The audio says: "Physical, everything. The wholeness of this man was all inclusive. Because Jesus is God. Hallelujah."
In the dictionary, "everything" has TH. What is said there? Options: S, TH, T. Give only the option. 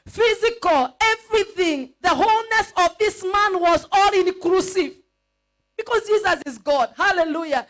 TH